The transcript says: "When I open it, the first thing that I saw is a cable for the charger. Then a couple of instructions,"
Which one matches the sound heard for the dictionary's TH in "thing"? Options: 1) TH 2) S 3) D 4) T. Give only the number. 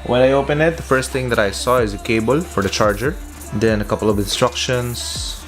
4